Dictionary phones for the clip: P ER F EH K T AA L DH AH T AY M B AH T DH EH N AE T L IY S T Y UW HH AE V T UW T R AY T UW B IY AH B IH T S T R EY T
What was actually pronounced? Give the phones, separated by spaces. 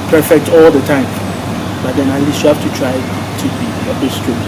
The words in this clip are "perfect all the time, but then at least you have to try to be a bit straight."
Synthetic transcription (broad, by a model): P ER F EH K T AA L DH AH T AY M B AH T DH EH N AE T L IY S T Y UW HH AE F T UW T R AY T UW B IY AH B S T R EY